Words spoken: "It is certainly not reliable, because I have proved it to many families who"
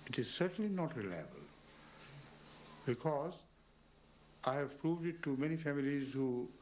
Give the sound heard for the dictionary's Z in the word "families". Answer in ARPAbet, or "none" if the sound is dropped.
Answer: Z